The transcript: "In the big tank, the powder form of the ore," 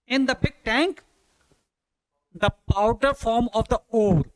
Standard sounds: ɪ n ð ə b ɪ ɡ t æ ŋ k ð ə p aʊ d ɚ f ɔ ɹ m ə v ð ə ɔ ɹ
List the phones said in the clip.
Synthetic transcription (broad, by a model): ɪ n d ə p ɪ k t æ ŋ k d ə p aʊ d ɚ f ɔ ɹ m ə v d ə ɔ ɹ